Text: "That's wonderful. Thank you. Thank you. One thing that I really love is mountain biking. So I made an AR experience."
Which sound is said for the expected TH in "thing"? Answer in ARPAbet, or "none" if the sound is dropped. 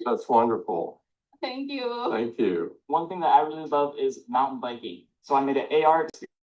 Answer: TH